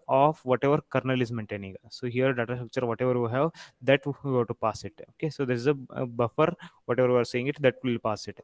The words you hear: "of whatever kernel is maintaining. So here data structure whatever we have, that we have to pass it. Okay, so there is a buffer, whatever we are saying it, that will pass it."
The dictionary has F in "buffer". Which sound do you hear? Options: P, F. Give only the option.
F